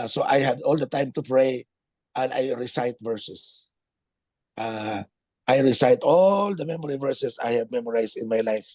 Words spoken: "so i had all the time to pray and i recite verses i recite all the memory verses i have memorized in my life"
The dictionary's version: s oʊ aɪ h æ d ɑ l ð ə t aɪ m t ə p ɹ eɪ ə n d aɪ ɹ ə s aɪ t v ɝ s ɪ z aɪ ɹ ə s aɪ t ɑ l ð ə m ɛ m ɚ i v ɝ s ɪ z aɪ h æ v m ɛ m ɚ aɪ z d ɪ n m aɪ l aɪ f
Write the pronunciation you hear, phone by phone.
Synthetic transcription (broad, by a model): s oʊ aɪ h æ d ɑ l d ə t aɪ m t ə p ɹ eɪ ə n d aɪ ɹ ə s aɪ t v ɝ s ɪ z aɪ ɹ ə s aɪ t ɑ l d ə m ɛ m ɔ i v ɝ s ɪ s aɪ h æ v m ɛ m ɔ aɪ s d ɪ n m aɪ l aɪ f